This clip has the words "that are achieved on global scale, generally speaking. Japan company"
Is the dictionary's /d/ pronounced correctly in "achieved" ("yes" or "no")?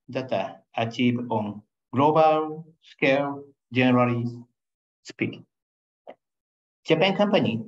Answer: no